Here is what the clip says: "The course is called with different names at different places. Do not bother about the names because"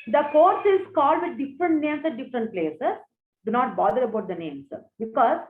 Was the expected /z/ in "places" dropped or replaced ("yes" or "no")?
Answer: yes